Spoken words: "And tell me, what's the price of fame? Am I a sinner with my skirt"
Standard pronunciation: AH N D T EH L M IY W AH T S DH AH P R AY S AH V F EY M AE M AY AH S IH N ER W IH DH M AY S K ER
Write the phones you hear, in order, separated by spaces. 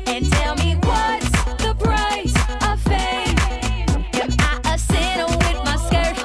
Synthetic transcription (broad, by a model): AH N T EH L M IY W AH T S DH AH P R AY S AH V F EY IH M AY AH S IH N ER W IH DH M AY S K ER